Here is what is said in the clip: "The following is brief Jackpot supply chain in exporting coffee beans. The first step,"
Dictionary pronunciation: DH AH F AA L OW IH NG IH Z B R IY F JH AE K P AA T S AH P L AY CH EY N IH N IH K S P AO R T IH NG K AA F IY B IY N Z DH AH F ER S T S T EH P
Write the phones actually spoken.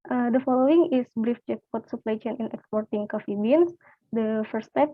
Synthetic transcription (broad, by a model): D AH F AA L OW IH NG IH S B R IY F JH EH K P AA T S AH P L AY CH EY N IH N IH K S P AO R T IH NG K AA F IY B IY N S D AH F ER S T S T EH P